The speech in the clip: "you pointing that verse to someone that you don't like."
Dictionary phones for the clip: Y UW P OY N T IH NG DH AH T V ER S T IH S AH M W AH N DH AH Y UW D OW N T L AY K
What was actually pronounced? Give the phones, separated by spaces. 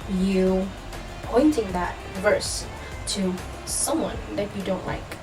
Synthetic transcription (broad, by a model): Y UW P OY N T IH NG DH AH T V ER S T IH S AH M W AH N DH AH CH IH D OW N T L AY K